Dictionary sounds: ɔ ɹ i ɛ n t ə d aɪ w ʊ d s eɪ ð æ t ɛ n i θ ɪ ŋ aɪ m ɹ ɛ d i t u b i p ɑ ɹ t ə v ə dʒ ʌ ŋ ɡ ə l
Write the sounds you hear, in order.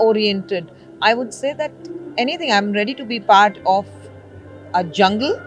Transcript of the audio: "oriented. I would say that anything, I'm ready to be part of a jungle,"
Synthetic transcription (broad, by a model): ɔ ɹ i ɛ n t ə d aɪ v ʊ d s eɪ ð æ t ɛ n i t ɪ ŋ aɪ m ɹ ɛ d i t u b i p ɑ ɹ t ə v ə dʒ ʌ ŋ ɡ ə l